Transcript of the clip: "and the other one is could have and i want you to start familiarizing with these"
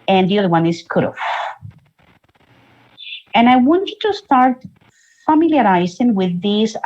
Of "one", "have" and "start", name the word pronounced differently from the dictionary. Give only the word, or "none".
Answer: have